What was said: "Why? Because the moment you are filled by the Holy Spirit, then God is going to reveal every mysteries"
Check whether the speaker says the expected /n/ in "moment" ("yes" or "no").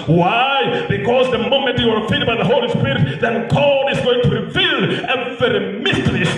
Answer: yes